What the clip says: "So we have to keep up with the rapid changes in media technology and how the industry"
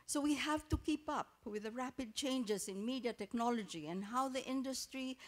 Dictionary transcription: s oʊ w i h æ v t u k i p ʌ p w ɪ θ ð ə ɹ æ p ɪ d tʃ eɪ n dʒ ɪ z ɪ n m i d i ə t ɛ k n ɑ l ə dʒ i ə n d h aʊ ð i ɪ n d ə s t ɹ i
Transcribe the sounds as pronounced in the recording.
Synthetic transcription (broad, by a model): s oʊ w i h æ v t u k i p ʌ p w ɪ ð ə ɹ æ p ɪ d tʃ eɪ n dʒ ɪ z ɪ n m i d i ə t ɛ k n ɑ l ə dʒ i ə n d h aʊ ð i ɪ n d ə s t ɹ i